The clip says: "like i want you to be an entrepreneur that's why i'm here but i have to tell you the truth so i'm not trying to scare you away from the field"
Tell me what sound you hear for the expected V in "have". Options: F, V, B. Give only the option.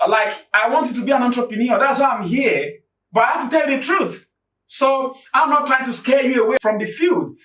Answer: F